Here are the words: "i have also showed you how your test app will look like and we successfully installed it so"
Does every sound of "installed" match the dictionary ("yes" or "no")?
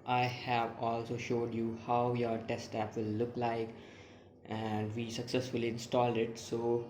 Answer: yes